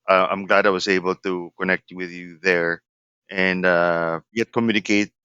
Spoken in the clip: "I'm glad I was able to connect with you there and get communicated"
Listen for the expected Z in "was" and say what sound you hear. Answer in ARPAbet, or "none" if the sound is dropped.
Z